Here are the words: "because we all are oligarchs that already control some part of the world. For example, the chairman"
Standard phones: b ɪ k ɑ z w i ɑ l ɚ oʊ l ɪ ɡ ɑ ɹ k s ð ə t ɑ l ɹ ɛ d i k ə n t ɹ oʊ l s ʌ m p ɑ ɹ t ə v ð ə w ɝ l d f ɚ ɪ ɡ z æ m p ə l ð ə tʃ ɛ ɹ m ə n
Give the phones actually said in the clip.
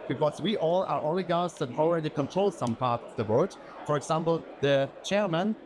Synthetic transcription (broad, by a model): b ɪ k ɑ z w i ɑ l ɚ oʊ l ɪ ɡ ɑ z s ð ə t ɑ l ɹ ɛ d i k ə n t ɹ oʊ l s ʌ m p ɑ ɹ t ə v ð ə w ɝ d f ɚ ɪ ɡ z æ m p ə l ð ə tʃ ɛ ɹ m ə n